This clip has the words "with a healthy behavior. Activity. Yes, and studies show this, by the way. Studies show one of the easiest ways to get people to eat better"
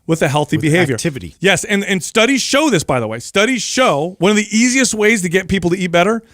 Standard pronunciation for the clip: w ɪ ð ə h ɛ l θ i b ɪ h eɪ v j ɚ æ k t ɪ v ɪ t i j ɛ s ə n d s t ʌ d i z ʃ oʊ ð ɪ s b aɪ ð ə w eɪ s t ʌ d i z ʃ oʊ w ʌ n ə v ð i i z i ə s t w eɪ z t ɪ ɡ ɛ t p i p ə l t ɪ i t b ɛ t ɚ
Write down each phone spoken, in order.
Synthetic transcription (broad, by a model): w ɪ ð ə h ɛ l θ i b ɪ h eɪ v j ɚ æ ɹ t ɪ v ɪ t i j ɛ s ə n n s t ʌ d i z ʃ oʊ ð ɪ s b aɪ ð ə w eɪ s t ʌ d i z ʃ oʊ w ʌ n ə v ð i i z i ə s t w eɪ z t ɪ ɡ ɛ t p i p l t ɪ i t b ɛ t ɚ